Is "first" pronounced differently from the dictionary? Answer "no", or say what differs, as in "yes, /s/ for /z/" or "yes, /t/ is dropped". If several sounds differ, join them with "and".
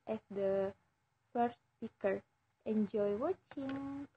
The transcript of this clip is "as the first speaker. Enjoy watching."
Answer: yes, /s/ is dropped